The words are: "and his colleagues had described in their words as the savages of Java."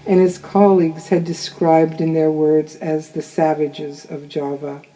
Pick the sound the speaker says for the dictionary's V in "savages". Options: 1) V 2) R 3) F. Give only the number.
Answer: 1